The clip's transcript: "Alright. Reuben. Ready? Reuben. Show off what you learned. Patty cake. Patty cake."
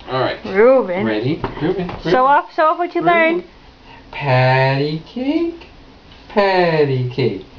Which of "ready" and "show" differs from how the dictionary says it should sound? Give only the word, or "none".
show